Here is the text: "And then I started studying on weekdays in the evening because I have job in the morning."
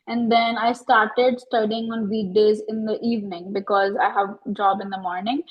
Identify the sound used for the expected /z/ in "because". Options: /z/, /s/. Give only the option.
/z/